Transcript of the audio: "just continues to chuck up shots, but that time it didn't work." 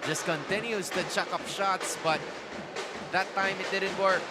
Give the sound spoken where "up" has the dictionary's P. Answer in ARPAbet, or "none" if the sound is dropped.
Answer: P